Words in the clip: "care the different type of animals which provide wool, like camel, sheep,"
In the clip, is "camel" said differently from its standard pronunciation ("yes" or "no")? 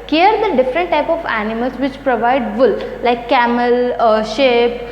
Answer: no